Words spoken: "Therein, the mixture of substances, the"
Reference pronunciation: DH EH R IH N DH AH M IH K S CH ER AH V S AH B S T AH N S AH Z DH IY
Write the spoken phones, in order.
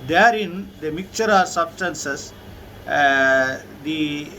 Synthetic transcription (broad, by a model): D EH R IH N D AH M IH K CH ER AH S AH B S T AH N S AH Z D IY